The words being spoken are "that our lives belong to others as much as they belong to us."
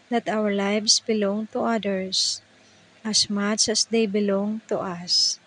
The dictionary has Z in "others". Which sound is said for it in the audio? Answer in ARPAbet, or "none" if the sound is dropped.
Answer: S